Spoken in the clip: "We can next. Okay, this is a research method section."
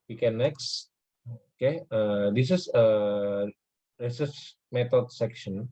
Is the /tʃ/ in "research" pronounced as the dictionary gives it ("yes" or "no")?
no